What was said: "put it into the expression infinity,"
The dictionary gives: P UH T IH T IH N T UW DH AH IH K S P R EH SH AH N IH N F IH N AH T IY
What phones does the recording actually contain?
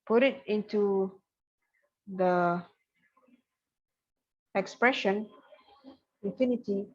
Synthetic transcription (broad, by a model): P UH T IH T IH N T UW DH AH IH K S P R EH SH AH N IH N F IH N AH T IY